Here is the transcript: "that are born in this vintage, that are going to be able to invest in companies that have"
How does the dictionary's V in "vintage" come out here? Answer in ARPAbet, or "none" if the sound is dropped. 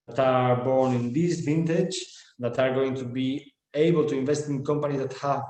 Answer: V